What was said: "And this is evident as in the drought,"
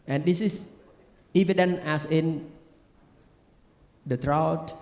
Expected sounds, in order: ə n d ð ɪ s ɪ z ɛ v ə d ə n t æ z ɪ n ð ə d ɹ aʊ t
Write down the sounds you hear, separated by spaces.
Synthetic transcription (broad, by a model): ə n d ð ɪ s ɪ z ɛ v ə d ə n æ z ɪ n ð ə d ɹ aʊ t